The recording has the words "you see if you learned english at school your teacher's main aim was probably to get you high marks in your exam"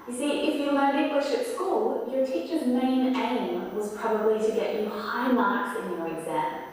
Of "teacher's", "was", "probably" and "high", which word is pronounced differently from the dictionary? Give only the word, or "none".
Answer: none